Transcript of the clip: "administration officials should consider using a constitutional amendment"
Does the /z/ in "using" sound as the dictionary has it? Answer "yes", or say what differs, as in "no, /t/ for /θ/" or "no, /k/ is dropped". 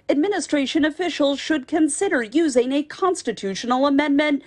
yes